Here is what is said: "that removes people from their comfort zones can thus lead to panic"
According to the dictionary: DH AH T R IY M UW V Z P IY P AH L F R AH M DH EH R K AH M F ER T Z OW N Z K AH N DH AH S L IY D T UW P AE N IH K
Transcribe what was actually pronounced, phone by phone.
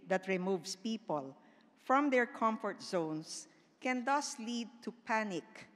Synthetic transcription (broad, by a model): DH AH T R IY M UW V S P IY P AH L F R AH M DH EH R K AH M F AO T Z OW N S K AH N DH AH S L IY D T UW P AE N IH K